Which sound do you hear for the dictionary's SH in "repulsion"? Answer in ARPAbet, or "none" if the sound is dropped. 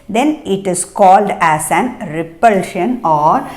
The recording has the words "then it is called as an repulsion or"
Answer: SH